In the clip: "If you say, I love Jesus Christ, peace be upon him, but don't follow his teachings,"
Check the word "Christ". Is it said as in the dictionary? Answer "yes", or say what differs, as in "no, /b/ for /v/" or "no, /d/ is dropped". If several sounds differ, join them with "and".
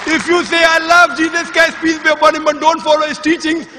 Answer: no, /ɹ/ is dropped